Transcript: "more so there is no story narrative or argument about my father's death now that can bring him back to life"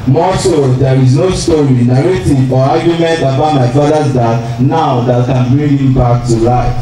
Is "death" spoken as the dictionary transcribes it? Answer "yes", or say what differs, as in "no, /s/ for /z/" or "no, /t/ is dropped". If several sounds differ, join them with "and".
no, /t/ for /θ/